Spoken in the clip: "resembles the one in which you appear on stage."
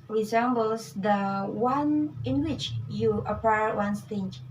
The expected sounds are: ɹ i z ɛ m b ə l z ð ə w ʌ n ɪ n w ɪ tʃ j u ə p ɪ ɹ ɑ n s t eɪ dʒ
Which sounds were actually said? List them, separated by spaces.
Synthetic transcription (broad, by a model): ɹ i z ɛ m b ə l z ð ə w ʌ n ɪ n w ɪ tʃ j u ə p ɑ w ɑ n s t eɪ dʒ